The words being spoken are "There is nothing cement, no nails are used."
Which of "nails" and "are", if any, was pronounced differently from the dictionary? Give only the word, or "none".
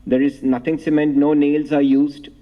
none